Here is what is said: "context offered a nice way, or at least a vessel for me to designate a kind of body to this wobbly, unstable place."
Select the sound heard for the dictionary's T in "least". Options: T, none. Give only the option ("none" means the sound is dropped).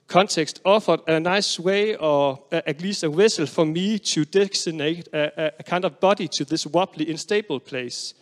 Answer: none